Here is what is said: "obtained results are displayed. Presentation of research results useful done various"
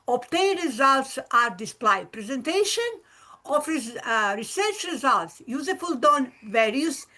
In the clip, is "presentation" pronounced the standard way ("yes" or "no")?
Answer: yes